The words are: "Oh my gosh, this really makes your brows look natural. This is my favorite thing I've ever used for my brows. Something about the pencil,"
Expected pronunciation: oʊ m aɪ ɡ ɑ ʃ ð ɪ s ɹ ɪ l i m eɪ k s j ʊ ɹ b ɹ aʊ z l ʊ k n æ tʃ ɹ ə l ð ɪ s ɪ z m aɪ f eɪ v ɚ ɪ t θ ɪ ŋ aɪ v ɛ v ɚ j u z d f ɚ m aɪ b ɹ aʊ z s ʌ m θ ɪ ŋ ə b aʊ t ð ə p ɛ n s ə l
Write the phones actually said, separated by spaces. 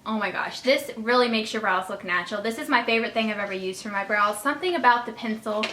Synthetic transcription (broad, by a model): oʊ m aɪ ɡ ɑ ʃ ð ɪ s ɹ ɪ l i m eɪ k s j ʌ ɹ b ɹ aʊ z l ʊ k n æ tʃ ɹ l ð ɪ s ɪ z m aɪ f eɪ v ɚ ɪ t θ ɪ ŋ aɪ v ɛ v ɚ j u z d f ɚ m aɪ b ɹ aʊ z s ʌ m θ ɪ ŋ ə b aʊ t ð ə p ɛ n s l